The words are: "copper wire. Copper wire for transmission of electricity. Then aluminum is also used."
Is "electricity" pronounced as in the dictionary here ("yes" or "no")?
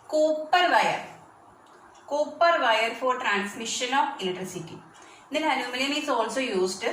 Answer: no